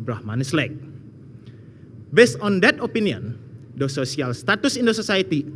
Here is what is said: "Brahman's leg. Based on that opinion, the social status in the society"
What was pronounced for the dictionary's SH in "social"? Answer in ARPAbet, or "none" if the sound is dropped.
S